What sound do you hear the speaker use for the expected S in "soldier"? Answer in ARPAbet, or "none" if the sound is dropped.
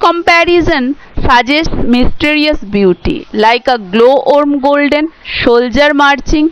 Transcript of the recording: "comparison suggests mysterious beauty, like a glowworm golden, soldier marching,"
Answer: SH